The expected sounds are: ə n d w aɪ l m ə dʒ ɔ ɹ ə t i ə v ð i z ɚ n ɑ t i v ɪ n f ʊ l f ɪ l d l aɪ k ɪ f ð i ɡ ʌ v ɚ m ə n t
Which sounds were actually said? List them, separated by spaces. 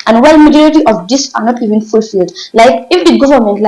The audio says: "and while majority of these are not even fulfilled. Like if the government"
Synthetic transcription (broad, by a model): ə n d w aɪ l m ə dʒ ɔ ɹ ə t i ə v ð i s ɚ n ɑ t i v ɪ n f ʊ l f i l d l aɪ k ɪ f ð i ɡ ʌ v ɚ m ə n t